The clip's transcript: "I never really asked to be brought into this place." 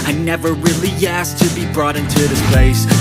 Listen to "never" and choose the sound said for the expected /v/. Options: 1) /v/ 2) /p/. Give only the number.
1